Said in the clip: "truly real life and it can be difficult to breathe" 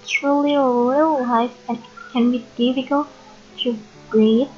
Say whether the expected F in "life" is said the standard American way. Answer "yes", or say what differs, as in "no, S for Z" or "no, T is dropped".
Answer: no, F is dropped